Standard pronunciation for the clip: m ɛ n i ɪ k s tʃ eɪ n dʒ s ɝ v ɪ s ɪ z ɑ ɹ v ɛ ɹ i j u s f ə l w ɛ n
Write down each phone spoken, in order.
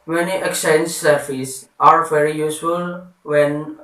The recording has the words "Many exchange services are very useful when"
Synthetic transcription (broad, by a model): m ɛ n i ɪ k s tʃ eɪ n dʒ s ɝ f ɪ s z ɑ ɹ v ɛ ɹ i j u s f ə l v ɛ n